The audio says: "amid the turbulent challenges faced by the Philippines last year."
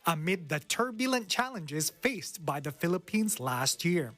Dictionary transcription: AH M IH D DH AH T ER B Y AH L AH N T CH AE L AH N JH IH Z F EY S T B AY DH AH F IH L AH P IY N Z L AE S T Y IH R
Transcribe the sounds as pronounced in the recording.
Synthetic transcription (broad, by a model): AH M IH D DH AH T ER B Y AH L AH N CH AE L AH N JH IH Z F EY S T B AY DH AH F IH L AH P IY N Z L AE S T Y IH R